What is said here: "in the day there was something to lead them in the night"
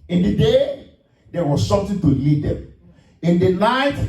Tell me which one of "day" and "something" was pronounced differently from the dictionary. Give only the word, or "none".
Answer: something